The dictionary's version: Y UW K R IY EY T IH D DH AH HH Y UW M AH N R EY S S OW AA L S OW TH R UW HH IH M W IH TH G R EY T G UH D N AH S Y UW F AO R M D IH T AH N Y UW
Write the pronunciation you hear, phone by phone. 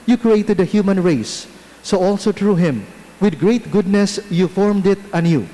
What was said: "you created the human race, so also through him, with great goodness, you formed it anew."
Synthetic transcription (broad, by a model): Y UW K R IY EY T IH D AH HH Y UW M AH N R EY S S OW AA L S OW T R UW HH IH M W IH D G R EY T G UH D N AH S Y UW F AO R M D IH T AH N Y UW